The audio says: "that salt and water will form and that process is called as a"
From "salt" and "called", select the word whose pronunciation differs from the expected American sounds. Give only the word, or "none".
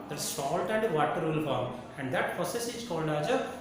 none